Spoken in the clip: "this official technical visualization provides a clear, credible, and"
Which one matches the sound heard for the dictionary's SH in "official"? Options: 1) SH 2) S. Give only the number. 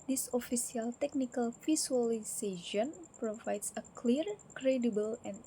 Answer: 2